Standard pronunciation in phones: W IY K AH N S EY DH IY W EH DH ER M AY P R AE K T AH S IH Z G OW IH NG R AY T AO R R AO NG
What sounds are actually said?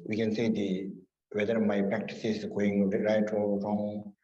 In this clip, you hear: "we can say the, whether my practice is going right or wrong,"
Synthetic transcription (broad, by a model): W IY K AH N S EY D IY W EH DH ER M AY P R AE K T AH S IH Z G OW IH NG R AY T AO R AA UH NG